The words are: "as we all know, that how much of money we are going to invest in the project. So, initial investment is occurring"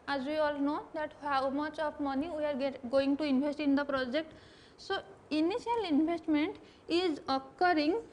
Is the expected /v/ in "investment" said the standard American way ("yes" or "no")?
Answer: no